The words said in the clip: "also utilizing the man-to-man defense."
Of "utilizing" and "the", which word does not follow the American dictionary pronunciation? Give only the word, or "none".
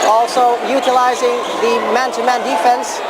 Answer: none